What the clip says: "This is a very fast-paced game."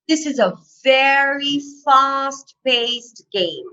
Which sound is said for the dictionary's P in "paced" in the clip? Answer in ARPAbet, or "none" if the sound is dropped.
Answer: B